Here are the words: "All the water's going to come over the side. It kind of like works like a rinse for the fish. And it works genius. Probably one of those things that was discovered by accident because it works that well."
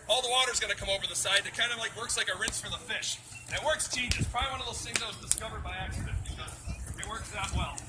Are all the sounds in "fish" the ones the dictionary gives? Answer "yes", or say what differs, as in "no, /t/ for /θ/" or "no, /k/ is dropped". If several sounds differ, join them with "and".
yes